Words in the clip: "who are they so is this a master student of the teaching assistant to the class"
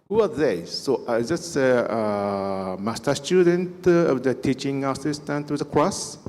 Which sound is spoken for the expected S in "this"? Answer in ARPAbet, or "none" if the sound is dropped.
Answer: none